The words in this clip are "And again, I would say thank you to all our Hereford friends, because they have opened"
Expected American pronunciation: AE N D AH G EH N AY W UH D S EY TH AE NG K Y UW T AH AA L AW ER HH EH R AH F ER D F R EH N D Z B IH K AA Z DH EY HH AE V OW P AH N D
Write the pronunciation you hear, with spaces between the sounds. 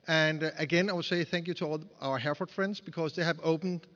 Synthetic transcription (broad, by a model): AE N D AH G EH N AY W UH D S EY TH AE NG K Y UW T AH AA L AW ER HH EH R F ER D F R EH N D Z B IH K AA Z DH EY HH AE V OW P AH N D